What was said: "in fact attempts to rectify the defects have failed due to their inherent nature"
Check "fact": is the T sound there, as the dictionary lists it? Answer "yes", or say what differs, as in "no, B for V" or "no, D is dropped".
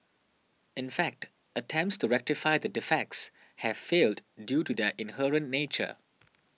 yes